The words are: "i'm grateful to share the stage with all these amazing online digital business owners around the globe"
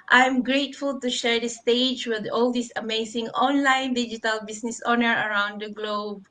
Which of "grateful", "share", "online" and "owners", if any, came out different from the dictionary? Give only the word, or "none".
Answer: owners